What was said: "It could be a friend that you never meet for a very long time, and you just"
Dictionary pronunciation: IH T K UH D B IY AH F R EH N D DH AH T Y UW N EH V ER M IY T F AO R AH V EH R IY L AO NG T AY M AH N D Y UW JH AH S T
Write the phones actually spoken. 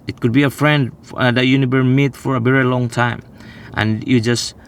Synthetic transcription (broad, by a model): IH T K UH D B IY AH F R EH N D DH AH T Y UW N EH V ER M IY T F AO R AH V EH R IY L AO NG T AY M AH N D Y UW JH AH S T